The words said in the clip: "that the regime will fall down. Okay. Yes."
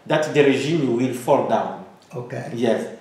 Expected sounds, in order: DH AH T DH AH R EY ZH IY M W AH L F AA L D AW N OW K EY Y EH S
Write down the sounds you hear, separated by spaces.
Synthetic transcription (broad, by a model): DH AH T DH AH R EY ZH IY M W AH L F AA L D AW N OW K EY Y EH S